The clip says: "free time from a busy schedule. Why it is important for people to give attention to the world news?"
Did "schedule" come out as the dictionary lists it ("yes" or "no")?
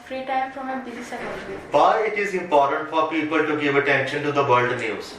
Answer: no